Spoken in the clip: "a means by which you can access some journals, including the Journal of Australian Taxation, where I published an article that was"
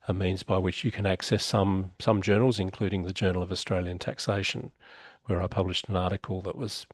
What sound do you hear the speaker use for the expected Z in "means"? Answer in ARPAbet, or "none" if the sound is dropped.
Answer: Z